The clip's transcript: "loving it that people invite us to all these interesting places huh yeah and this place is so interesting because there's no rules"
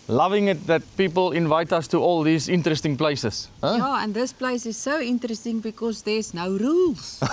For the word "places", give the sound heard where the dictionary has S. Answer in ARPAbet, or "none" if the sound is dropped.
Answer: none